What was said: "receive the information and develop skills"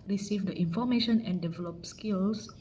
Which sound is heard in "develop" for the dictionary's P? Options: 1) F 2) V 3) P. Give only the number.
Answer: 3